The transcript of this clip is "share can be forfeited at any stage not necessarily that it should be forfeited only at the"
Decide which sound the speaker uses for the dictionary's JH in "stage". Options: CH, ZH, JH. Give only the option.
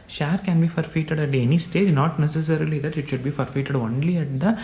JH